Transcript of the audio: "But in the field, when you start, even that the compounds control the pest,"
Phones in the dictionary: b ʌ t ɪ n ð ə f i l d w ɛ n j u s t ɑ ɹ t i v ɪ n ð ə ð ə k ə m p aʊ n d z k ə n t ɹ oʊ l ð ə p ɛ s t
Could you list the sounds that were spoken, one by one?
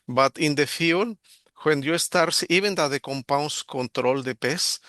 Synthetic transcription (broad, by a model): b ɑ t ɪ n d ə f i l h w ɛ n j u s t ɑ ɹ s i b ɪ n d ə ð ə k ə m p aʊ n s k ə n t ɹ oʊ l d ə p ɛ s